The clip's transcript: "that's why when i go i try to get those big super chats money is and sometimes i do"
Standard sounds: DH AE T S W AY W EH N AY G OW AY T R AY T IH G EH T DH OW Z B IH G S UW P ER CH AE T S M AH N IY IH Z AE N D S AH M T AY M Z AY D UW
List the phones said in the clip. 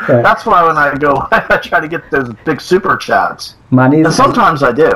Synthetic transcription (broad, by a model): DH AE T S W AY W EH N AY G OW AY T R AY T IH G EH T DH OW Z B IH G S UW P ER CH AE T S M AH N IY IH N S AH M T AY M Z AY D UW